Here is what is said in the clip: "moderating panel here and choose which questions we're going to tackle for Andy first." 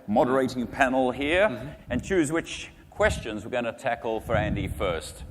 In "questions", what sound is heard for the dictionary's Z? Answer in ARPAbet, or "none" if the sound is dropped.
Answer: Z